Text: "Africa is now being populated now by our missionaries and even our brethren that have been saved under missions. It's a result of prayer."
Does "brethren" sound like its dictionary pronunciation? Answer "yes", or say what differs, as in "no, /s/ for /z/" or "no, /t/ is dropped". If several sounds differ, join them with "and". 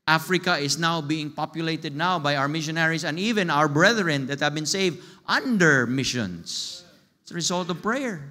yes